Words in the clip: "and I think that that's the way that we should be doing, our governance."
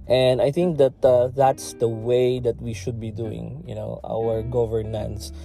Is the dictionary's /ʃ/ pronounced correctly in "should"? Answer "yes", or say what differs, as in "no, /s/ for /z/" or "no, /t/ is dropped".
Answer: yes